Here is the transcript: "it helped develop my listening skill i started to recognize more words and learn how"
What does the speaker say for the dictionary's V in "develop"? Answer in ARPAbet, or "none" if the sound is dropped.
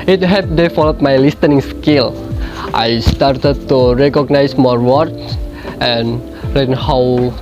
F